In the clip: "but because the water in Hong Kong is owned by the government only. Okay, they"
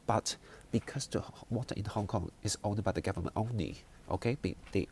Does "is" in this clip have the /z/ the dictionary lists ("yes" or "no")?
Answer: no